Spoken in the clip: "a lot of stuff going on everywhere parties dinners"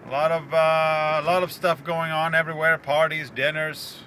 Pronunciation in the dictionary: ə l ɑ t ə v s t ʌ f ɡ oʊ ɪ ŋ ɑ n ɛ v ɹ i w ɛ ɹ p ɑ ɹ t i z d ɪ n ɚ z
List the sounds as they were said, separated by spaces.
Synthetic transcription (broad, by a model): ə l ɑ t ə v s t ʌ f ɡ oʊ ɪ ŋ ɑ n ɛ v ɹ i w ɛ ɹ p ɑ ɹ t i z d ɪ n ɚ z